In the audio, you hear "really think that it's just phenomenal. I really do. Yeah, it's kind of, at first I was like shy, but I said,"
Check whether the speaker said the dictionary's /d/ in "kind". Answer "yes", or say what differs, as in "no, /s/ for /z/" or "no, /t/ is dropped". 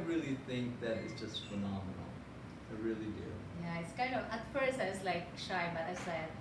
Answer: no, /d/ is dropped